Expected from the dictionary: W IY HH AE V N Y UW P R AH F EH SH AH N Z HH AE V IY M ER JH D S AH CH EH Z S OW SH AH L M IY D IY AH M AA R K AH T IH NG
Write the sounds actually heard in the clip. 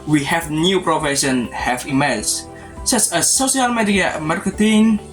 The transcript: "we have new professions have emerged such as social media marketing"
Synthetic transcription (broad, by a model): W IY HH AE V N Y UW P R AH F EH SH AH N HH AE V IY M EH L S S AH S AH S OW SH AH L M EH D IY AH M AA R K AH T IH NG